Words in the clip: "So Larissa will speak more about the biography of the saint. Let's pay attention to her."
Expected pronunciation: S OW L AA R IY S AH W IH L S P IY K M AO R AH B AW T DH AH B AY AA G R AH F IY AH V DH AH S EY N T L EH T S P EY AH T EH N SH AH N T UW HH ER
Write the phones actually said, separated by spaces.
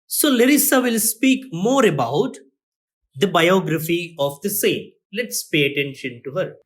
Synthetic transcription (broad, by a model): S OW L AA R IY S AH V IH L S P IY K M AO R AH B AW T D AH B AY AA G R AH F IY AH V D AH S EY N L EH T S P EY AH T EH N SH AH N T UW HH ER